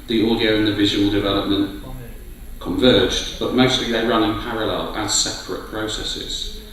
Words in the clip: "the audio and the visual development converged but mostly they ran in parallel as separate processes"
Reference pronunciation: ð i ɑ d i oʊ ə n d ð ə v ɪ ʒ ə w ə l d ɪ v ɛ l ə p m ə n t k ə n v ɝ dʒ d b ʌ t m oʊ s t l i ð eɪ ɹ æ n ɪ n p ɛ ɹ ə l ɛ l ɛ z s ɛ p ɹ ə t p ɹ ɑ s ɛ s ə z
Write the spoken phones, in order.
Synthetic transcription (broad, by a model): ð i ɑ d i oʊ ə n ð ə v ɪ ʒ ə w ə l d ɪ v ɛ l ə p m ə n t k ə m v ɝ dʒ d b ʌ t m oʊ s t l i ð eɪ ɹ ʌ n ɪ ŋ p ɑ ɹ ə l ɛ l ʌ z s ɛ p ɹ ə t p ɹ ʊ s ɛ s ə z